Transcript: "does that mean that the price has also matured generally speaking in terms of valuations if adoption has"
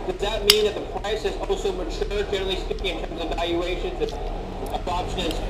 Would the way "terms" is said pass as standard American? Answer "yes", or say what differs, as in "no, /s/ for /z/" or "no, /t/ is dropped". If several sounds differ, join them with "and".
yes